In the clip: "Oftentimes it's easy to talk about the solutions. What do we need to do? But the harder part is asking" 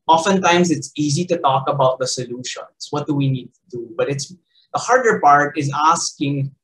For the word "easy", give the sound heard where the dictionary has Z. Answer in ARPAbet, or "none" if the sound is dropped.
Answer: Z